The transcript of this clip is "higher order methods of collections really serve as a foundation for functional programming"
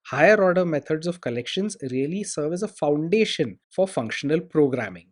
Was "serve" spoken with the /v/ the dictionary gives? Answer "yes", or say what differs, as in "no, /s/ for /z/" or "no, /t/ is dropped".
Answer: yes